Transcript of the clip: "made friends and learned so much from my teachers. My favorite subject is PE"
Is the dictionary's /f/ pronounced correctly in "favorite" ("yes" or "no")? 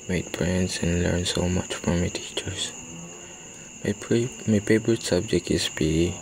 no